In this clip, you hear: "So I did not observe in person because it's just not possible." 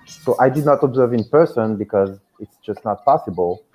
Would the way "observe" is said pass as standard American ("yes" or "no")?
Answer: yes